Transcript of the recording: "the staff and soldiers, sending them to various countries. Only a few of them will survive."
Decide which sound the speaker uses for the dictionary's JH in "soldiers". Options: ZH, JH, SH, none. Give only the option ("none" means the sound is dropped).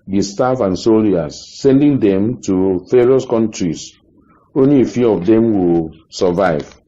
none